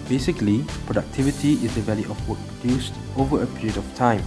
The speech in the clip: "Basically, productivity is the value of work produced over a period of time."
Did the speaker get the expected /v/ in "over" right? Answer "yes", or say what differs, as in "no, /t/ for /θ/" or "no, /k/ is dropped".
yes